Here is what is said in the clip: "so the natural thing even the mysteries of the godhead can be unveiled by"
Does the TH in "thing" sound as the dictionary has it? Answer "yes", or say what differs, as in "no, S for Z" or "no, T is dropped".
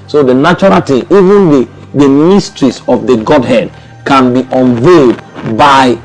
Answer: no, T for TH